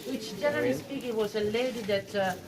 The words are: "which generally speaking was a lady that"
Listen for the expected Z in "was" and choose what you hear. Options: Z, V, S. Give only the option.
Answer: S